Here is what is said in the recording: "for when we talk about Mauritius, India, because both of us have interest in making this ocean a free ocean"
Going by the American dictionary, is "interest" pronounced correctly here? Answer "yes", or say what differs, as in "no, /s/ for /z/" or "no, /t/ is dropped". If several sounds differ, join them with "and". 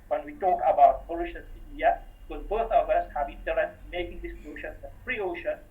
no, /n/ is dropped and /ɹ/ is dropped and /s/ is dropped